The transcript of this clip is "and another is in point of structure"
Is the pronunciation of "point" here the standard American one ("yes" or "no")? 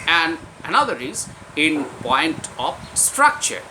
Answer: yes